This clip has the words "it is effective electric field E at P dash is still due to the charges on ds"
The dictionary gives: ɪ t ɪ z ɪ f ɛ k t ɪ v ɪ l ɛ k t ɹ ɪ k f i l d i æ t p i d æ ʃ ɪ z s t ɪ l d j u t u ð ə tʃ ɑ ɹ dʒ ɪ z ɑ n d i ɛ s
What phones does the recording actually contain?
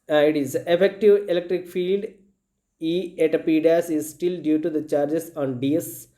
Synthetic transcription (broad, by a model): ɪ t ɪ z ɪ f ɛ k t ɪ v ɪ l ɛ k t ɹ ɪ k f i l d i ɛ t p i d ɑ s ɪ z s t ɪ l d j u t u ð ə tʃ ɑ ɹ dʒ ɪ s ɑ n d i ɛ s